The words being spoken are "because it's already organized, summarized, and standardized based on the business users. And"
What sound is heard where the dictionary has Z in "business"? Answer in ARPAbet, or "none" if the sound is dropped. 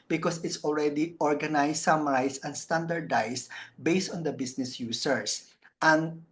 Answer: S